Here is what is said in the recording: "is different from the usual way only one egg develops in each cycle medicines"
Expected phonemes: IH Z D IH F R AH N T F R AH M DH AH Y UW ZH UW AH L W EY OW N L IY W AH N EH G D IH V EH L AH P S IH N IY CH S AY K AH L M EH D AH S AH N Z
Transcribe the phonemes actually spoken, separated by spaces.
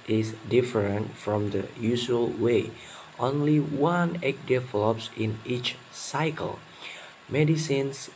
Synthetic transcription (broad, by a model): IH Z D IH F R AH N T F R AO M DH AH Y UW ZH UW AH L W EY OW N L IY W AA N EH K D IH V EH L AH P S IH N IY CH S AY K AH L M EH D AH S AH N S